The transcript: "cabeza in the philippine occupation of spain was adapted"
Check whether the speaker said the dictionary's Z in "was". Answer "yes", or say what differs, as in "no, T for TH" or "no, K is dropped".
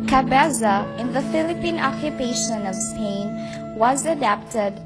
yes